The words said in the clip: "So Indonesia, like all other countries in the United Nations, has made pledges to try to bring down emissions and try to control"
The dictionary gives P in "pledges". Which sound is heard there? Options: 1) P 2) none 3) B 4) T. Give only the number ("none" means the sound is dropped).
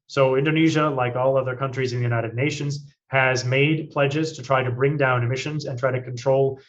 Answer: 1